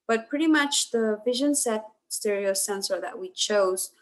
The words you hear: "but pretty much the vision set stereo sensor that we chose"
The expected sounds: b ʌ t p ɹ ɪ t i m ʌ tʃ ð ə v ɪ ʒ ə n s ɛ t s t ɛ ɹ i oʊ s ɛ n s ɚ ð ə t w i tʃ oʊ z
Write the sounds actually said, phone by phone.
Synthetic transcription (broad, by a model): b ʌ t p ɹ ɪ t i m ʌ tʃ ð ə v ɪ ʒ ə n s ɛ t s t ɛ ɹ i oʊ s ɛ n s ɚ ð ə t w i tʃ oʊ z